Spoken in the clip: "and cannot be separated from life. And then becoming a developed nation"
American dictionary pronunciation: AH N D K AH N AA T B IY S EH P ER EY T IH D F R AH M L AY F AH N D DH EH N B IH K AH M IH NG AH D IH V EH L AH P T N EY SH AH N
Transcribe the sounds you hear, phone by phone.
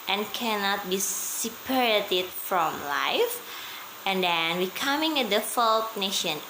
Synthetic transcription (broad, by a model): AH N K AH N AA T B IY S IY P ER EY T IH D F R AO M L AY F AH N D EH N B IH K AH M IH NG AH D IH F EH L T N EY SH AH N